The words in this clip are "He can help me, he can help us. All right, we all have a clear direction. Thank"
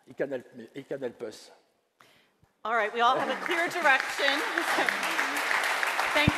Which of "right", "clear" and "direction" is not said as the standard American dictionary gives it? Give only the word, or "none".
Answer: none